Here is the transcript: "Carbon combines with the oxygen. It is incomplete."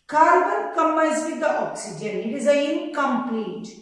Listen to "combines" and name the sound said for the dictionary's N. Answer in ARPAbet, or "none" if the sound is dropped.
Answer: none